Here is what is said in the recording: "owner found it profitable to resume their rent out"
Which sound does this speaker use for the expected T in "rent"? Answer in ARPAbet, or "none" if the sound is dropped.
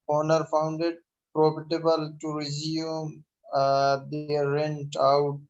T